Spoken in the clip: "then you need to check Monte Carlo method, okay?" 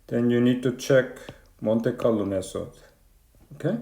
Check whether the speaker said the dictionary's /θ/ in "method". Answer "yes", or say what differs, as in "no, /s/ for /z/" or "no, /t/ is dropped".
no, /s/ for /θ/